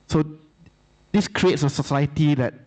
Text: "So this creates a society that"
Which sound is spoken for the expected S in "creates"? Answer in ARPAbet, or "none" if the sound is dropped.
S